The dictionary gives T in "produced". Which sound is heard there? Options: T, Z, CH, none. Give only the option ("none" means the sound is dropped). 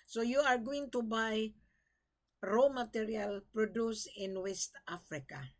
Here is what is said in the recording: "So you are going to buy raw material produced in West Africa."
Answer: none